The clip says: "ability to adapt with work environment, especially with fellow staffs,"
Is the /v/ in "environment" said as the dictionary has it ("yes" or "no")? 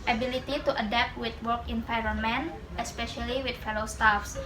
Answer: no